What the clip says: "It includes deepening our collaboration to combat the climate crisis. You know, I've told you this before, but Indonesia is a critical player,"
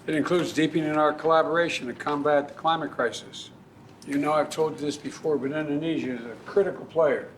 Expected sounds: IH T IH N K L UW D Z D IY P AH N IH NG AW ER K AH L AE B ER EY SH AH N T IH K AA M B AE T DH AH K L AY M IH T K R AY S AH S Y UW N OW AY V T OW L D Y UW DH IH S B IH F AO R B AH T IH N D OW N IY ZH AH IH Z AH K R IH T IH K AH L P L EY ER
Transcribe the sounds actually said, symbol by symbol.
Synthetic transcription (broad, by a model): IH T IH N K L UW D Z D IY P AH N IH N AW ER K AH L AE B ER EY SH AH N T IH K AA M B AE T DH AH K L AY M IH T K R AY S AH S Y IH N OW AY V T OW L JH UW DH IH S B IH F AO R B AH T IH N D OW N IY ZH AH IH Z AH K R IH T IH K L P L EY ER